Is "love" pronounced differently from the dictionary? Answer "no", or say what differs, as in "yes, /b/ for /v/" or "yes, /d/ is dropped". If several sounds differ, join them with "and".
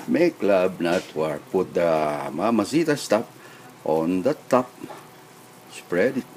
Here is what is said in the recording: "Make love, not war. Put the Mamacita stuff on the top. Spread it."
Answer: yes, /b/ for /v/